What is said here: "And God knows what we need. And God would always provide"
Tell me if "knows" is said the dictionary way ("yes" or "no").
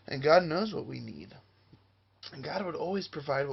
yes